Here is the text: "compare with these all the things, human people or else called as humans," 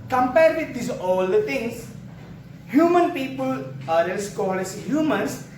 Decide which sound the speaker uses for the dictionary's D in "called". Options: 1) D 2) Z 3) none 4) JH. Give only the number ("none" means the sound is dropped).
3